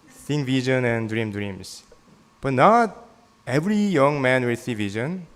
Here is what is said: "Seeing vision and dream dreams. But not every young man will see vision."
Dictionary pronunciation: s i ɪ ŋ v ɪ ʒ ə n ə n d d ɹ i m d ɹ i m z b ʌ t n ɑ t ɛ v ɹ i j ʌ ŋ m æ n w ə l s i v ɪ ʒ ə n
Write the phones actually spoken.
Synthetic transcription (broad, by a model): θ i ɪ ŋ v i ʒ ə n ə n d d ɹ i m d ɹ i m s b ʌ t n ɑ t ɛ v ɹ i j ʌ ŋ m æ n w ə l s i v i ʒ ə n